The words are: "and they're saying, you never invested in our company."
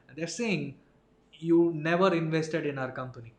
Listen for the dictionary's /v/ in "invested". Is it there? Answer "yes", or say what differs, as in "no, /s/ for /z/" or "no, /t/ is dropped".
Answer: yes